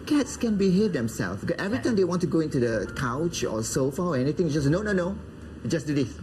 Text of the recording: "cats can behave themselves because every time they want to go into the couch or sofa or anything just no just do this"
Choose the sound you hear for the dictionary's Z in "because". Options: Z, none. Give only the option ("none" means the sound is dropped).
none